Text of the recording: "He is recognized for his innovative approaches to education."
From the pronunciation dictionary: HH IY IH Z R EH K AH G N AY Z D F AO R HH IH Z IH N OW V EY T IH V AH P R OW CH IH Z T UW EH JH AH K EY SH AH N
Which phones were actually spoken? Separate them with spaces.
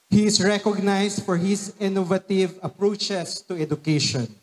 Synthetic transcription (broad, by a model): HH IY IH S R EH K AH G N AY S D F AO R HH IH S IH N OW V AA T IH V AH P R OW CH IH S T UW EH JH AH K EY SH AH N